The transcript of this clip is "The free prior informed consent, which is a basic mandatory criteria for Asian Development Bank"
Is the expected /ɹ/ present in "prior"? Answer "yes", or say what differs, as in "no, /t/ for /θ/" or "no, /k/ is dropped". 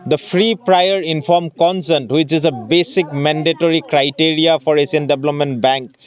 yes